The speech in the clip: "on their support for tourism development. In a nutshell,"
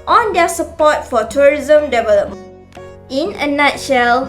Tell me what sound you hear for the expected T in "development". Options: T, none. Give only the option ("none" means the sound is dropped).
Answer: none